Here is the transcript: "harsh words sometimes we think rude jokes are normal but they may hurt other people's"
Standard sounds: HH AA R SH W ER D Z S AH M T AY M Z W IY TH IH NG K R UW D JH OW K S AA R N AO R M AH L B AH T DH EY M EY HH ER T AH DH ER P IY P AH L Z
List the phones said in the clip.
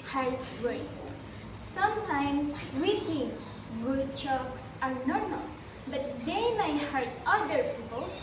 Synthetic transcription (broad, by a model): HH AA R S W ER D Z S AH M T AY M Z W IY T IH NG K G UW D CH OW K S AA R N AO R M AH L B AH T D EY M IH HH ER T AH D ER P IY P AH L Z